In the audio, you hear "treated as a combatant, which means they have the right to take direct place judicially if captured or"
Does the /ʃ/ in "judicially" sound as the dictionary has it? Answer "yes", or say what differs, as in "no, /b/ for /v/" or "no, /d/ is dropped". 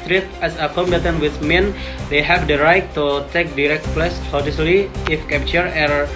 no, /s/ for /ʃ/